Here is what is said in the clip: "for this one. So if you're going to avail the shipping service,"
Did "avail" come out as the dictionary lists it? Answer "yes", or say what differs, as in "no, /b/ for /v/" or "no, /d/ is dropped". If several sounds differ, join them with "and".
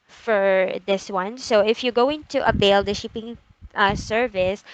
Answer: no, /b/ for /v/